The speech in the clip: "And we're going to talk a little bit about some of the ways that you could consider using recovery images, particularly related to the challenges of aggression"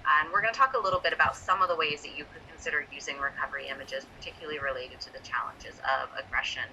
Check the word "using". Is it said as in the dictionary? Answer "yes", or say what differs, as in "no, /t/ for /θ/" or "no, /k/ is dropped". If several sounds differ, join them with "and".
yes